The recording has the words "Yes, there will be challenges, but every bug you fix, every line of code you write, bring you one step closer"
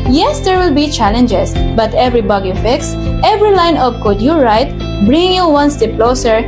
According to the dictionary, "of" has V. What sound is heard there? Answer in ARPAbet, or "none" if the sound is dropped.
P